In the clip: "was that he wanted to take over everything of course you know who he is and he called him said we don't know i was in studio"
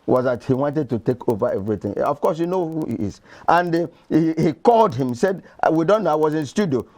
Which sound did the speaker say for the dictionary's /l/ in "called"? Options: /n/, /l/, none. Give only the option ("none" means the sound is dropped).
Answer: /l/